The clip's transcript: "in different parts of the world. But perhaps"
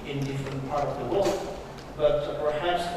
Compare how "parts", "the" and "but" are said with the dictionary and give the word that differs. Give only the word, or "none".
parts